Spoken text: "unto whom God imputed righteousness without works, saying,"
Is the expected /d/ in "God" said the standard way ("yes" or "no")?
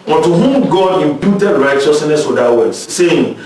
yes